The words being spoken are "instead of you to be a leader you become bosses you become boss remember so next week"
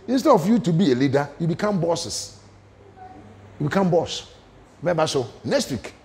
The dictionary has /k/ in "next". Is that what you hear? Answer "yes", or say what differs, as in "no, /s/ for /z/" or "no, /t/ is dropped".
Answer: no, /k/ is dropped